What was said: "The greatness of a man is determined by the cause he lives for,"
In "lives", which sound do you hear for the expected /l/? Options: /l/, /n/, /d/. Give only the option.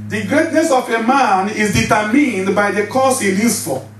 /n/